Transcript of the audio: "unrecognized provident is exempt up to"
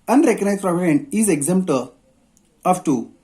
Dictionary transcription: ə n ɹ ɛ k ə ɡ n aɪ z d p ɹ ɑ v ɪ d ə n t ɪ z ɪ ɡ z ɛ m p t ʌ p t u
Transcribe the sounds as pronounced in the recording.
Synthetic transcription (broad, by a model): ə n ɹ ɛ k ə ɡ n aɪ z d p ɹ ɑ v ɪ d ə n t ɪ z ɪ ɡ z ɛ m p t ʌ f t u